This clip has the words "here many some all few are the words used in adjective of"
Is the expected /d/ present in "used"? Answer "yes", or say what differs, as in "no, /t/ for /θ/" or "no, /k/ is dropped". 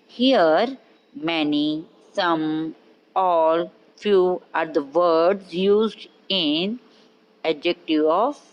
yes